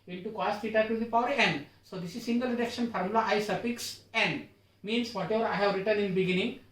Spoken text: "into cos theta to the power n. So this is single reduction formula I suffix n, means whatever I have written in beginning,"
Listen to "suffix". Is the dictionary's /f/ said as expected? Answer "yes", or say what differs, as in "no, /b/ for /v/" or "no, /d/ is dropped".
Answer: no, /p/ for /f/